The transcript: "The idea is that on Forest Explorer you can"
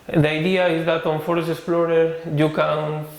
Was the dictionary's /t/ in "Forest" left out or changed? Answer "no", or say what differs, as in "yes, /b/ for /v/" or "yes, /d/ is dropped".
yes, /t/ is dropped